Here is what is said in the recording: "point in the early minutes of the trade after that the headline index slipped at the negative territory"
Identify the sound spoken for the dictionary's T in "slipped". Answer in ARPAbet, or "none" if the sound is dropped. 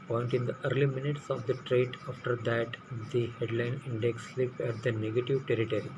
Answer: none